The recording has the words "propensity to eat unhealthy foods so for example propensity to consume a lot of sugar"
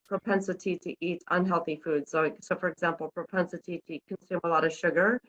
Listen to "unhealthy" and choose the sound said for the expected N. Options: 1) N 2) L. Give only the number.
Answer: 1